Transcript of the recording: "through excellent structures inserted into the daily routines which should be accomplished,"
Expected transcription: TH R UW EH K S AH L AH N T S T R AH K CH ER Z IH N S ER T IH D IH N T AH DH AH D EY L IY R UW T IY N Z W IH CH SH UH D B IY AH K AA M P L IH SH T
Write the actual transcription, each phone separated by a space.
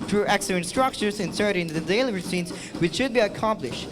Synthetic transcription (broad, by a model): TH R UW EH K S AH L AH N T S T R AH K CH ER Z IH N S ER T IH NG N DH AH D EY L IY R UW S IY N S W IH CH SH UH D B IY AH K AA M P L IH SH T